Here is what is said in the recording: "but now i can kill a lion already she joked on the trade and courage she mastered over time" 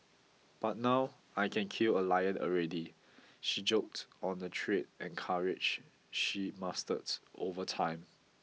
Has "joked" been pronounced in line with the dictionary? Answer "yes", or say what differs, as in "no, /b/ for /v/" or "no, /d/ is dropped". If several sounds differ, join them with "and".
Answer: yes